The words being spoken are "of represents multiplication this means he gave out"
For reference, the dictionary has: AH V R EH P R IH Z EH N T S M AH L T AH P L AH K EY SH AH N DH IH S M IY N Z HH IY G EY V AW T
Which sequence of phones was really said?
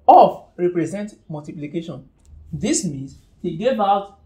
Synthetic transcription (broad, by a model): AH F R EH P R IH Z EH N T M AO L T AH P L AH K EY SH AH N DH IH S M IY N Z HH IY G EY V AW T